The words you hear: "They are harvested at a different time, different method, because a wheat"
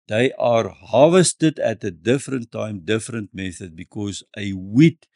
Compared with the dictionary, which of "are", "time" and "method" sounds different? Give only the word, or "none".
none